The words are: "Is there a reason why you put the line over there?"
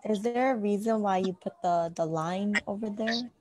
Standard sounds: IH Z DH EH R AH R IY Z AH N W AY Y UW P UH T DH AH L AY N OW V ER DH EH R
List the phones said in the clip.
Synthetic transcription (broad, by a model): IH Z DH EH R AH R IY Z AH N W AY Y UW P UH T DH AH L AY N OW V ER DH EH R